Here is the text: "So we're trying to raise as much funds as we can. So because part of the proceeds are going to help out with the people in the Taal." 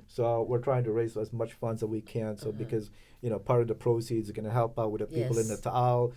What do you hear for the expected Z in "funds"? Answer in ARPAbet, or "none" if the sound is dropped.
Z